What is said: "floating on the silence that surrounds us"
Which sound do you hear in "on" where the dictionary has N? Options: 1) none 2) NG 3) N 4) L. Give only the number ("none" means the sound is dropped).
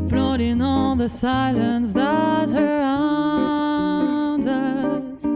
4